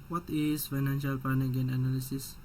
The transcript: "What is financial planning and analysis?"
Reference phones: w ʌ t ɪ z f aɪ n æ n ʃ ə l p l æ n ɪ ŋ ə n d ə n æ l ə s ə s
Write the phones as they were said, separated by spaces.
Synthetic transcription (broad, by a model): w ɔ t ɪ s f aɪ n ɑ n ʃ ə l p ɑ n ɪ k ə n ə n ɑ l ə s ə s